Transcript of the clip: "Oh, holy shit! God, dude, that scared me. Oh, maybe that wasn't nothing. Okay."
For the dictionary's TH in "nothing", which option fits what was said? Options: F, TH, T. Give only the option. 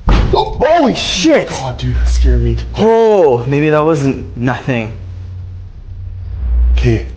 TH